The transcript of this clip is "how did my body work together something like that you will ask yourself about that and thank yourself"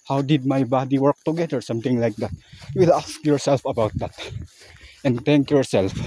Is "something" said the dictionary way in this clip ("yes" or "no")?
no